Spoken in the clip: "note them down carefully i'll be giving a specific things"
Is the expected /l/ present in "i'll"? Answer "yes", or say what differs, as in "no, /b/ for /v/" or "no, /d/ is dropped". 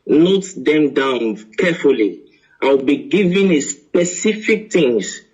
no, /w/ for /l/